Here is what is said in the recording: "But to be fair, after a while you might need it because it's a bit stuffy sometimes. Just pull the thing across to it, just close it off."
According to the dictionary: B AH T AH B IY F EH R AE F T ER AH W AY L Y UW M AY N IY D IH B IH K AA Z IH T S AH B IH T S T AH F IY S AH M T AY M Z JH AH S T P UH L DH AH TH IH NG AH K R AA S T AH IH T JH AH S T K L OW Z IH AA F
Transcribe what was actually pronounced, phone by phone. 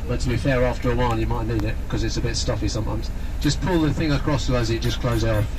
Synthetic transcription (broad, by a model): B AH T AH B IY F EH R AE F T ER AH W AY N Y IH M AY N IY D IH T K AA Z IH T S AH B IH T S T AH F IY S AH M T AY M Z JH AH S P UH L DH AH TH IH NG AH K R AA S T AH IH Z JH AH S K L OW Z IH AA